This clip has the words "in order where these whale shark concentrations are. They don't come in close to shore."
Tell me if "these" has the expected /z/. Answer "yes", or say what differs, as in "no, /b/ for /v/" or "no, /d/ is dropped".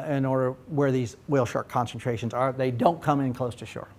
yes